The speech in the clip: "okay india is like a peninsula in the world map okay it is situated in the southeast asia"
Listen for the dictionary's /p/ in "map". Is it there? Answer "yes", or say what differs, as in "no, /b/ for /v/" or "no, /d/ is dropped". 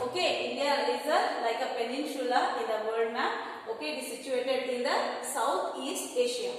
no, /p/ is dropped